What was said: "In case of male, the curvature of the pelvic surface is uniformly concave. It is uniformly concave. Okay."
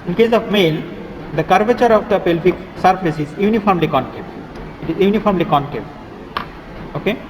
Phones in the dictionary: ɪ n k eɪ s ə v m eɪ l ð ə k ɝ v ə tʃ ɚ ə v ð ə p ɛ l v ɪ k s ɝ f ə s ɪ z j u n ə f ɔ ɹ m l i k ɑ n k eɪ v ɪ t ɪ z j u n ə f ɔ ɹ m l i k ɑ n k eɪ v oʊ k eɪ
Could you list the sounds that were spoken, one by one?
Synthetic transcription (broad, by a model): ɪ n k eɪ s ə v m eɪ l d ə k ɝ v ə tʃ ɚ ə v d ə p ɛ l f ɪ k s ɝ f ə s ɪ z j u n ə f ɔ ɹ m l i k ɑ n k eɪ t ɪ t ɪ z j u n ə f ɔ ɹ m l i k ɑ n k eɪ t oʊ k eɪ